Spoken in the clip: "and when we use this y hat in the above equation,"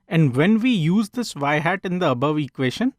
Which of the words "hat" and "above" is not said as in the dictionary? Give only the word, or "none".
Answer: none